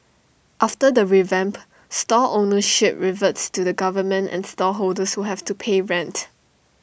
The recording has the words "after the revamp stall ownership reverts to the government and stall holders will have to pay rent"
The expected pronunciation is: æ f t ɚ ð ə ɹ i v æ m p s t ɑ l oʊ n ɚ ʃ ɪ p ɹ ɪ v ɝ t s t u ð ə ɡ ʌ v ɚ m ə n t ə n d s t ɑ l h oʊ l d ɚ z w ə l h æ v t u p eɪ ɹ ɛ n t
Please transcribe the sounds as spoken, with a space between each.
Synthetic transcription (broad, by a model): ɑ f t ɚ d ə ɹ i v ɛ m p s t ɑ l oʊ n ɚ ʃ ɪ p ɹ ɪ v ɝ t s t u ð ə ɡ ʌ v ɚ m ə n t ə n s t ɑ h oʊ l d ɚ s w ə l h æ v t u p eɪ ɹ ɛ n t